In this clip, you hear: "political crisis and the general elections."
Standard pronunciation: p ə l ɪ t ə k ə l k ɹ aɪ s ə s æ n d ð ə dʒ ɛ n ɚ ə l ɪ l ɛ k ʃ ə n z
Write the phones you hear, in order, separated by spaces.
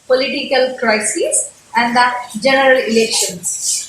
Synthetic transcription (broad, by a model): p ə l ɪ t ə k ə l k ɹ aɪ s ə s æ n d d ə dʒ ɛ n ɚ ə l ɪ l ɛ k ʃ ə n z